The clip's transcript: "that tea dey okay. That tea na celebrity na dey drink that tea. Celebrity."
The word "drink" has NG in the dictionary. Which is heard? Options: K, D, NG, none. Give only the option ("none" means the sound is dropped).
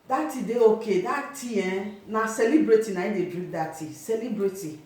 none